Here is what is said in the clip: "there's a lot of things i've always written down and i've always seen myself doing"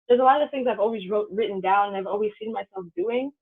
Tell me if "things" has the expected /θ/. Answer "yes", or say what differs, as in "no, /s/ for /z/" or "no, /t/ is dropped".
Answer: yes